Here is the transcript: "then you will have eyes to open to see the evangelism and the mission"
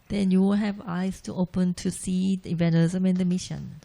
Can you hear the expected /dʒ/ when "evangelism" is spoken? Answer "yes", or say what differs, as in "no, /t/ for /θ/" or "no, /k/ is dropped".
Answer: no, /dʒ/ is dropped